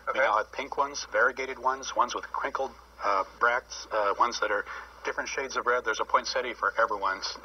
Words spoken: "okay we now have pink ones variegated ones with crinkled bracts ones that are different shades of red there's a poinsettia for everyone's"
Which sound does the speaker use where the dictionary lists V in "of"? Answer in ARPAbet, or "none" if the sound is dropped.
V